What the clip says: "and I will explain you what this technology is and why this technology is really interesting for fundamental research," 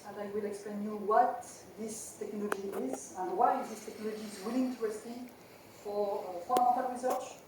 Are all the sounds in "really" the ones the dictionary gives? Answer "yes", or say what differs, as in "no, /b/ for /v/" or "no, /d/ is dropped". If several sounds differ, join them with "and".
no, /w/ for /ɹ/